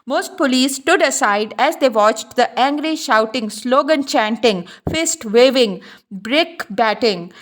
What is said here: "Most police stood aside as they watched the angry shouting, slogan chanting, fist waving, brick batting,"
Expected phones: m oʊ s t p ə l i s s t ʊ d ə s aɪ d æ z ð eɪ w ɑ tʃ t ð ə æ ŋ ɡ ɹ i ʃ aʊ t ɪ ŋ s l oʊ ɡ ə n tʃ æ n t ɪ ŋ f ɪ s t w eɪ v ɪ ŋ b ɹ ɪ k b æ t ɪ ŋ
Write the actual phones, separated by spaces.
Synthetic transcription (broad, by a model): m oʊ s t p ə l i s s t ʊ d ə s aɪ d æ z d eɪ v ɑ tʃ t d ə æ ŋ ɡ ɹ i ʃ aʊ t ɪ ŋ s l oʊ ɡ ə n tʃ æ n t ɪ ŋ f ɪ s t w eɪ v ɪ ŋ b ɹ ɪ k b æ t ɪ ŋ